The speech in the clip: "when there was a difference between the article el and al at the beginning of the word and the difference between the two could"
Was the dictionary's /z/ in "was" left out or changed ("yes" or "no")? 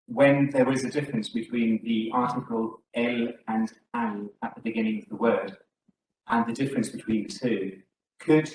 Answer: no